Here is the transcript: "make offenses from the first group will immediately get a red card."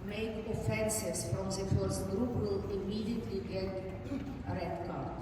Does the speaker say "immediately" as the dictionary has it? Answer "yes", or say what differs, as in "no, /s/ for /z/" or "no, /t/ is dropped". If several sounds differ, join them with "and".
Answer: yes